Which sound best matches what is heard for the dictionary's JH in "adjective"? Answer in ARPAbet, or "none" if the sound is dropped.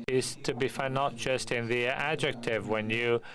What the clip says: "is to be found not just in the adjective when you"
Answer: JH